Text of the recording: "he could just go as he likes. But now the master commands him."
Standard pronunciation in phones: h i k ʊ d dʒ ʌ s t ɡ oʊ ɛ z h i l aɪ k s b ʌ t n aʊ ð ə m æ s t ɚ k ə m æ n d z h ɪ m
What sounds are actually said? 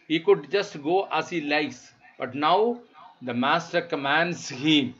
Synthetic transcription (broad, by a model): h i k ʊ d dʒ ʌ s t ɡ oʊ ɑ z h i l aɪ s b ʌ t n aʊ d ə m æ s t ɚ k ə m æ n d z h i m